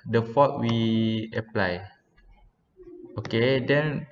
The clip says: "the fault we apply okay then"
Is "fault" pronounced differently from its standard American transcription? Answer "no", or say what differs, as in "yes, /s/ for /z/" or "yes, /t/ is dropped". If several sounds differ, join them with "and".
yes, /l/ is dropped